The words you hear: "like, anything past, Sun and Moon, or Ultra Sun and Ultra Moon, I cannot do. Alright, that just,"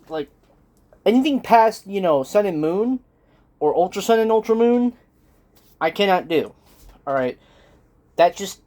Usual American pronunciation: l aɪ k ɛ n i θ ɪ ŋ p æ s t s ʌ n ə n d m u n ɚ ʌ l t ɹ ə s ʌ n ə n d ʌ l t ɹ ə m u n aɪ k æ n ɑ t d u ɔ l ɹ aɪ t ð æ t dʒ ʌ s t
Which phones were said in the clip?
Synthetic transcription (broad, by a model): l aɪ k ɛ n i θ ɪ ŋ p æ s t s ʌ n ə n m u n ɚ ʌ l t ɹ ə s ʌ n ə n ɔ l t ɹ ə m u n aɪ k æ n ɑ t d u ɔ l ɹ aɪ t ð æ t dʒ ʌ s t